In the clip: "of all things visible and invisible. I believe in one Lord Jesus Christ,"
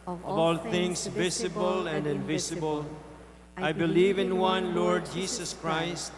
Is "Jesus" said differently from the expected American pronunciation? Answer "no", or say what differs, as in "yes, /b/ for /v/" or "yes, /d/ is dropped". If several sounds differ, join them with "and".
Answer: yes, /s/ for /z/